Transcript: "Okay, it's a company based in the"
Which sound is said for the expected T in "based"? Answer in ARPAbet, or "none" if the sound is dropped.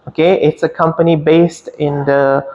T